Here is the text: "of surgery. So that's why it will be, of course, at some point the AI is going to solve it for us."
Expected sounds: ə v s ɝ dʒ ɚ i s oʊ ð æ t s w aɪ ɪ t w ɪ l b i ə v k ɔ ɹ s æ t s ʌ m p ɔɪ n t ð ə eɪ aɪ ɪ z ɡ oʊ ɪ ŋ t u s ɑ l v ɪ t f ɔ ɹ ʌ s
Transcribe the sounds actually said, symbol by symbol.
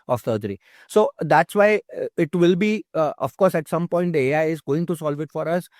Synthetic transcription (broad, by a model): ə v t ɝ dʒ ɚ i s oʊ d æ t s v aɪ ɪ t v ɪ l b i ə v k ɔ ɹ s æ t s ʌ m p ɔɪ n t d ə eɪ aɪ ɪ z ɡ oʊ ɪ ŋ t u s ɑ l v ɪ t f ɔ ɹ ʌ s